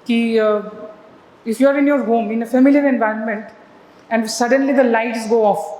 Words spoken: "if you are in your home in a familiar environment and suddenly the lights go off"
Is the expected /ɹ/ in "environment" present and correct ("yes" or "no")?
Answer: yes